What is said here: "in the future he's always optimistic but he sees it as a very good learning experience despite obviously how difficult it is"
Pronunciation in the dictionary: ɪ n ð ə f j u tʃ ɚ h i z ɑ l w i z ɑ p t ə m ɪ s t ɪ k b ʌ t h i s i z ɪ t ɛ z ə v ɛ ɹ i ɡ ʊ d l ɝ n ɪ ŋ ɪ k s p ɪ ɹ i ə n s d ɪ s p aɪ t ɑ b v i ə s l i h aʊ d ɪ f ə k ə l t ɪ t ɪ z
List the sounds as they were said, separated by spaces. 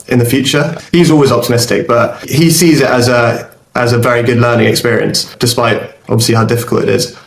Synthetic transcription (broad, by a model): ɪ n ð ə f j u tʃ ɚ h i z ɑ l w i z ɑ p t ə m ɪ s t ɪ k b ʌ t h i s i z ɪ t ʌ z ə v ɛ ɹ i ɡ ʊ d l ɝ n ɪ ŋ ɪ k s p ɪ ɹ i ə n s d ɪ s p aɪ t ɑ v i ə s l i h aʊ d ɪ f ə k ə l t ɪ t ɪ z